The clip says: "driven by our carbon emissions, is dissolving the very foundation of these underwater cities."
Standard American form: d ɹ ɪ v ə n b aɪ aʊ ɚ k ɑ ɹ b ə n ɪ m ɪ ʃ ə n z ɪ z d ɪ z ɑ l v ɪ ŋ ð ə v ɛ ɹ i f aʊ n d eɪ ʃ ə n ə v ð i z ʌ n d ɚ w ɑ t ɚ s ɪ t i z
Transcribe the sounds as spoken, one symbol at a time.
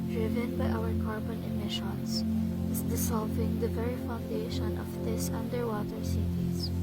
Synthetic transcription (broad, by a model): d ɹ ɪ v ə n b aɪ aʊ ɚ k ɑ ɹ b ə n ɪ m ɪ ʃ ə n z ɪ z d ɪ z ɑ l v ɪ ŋ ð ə v ɛ ɹ i f aʊ n d eɪ ʃ ə n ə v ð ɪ s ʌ n d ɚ w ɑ t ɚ s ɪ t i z